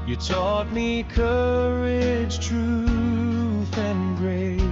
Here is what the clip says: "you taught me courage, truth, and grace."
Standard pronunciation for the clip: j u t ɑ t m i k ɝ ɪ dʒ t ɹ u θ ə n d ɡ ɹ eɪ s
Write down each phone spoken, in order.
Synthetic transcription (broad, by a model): j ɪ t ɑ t m i k ɝ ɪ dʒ t ɹ u θ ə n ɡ ɹ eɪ